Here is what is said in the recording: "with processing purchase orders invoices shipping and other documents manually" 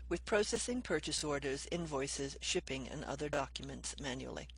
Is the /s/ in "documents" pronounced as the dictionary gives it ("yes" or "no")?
yes